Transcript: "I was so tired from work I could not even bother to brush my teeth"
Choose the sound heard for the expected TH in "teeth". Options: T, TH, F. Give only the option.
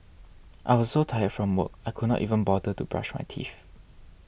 F